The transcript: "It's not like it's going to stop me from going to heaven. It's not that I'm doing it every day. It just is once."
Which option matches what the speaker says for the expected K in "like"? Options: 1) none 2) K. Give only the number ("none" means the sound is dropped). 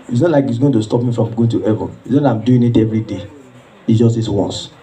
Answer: 2